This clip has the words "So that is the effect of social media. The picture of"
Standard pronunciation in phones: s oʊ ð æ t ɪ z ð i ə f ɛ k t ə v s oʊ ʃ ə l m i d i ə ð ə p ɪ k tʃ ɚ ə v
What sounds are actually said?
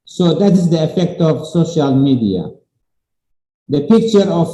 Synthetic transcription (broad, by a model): s oʊ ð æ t ɪ z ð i ə f ɛ k t ə v s oʊ ʃ ə l m i d i ə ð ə p ɪ k tʃ ɚ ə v